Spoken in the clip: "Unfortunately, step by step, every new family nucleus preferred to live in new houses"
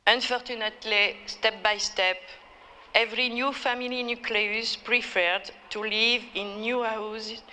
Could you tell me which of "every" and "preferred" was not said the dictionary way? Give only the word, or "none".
none